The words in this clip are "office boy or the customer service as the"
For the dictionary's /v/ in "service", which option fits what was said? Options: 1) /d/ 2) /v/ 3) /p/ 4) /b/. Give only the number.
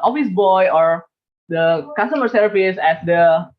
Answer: 3